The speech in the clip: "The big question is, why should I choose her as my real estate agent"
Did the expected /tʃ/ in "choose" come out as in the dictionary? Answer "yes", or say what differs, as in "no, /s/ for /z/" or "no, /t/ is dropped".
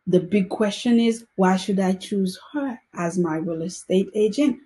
yes